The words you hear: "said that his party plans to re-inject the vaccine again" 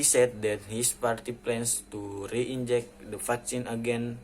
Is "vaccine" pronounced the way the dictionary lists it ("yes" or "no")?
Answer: no